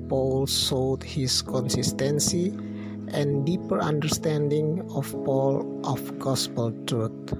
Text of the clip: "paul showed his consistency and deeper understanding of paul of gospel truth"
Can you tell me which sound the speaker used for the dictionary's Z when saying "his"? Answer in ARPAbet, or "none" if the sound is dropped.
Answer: S